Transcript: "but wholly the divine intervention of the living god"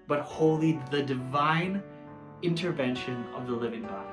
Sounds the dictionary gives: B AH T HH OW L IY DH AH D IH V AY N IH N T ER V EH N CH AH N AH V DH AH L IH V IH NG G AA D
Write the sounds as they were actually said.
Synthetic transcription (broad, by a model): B AH T HH OW L IY DH AH D IH V AY N IH N T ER V EH N SH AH N AH V DH AH L IH V IH NG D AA